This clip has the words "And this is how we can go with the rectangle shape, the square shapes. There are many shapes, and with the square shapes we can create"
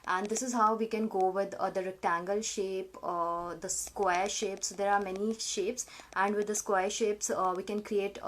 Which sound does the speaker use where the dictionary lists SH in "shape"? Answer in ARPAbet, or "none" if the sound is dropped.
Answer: SH